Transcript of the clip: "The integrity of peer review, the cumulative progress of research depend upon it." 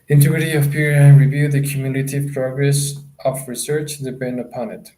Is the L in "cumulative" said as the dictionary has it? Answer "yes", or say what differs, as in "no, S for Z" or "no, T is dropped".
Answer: no, N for L